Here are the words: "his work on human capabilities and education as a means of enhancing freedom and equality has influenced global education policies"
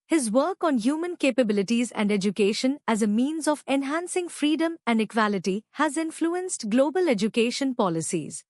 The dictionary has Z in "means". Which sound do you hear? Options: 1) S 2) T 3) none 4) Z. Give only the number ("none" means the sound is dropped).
4